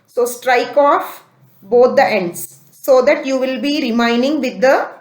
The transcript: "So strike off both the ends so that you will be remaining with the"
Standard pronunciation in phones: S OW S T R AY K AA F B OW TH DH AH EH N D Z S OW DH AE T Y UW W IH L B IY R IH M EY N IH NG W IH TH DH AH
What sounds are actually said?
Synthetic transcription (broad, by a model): S OW S T R AY K AA F B OW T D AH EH N D S OW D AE T Y UW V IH L B IY R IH M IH N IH NG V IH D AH